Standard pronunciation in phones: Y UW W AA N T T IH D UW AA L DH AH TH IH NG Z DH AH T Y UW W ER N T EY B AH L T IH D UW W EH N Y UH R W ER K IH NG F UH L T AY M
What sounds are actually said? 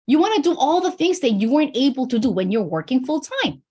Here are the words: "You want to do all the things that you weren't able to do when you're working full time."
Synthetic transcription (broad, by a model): Y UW W AA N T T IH D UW AA L DH AH TH IH NG Z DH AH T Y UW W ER N T EY B L T IH D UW W EH N Y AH R W ER K IH NG F UH L T AY M